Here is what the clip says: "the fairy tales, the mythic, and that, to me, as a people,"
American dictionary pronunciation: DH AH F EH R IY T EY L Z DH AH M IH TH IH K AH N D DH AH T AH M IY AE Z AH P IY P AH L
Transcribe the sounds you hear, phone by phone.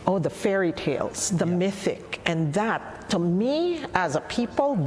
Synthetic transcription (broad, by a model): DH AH F EH R IY T EY L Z DH AH M IH TH IH K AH N DH AH T AH M IY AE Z AH P IY P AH L